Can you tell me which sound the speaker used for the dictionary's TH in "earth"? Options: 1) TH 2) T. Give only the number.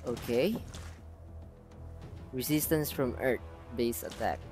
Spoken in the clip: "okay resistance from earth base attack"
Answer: 2